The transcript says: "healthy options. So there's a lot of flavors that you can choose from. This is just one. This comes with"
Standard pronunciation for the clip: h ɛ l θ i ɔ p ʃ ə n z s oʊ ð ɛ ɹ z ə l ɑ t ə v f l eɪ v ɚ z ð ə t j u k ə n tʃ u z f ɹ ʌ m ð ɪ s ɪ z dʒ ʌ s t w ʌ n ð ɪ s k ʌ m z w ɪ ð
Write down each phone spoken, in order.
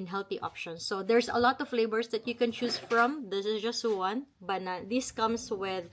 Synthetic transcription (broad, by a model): h ɛ l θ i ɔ p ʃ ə n s oʊ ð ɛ ɹ s ə l ɑ t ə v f l eɪ b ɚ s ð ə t j u k ə n tʃ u s f ɹ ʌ m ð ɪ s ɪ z dʒ ʌ s t w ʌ n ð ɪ s k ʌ m s w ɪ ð